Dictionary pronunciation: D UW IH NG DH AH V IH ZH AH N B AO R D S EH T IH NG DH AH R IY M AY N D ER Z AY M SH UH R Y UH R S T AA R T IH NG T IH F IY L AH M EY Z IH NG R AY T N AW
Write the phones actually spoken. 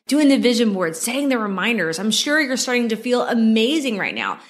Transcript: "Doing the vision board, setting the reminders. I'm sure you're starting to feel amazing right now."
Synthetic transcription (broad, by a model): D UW IH NG DH AH V IH ZH AH N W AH R D S EH T IH NG DH AH R IY M AY N D ER Z AY M SH UH R Y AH R S T AA R T IH NG T IH F IY L AH M EY Z IH NG R AY T N AW